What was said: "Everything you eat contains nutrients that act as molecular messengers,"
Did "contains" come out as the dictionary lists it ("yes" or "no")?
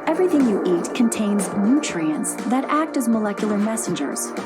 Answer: yes